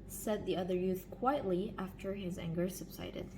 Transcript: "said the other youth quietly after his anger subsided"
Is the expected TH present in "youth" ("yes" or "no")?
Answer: yes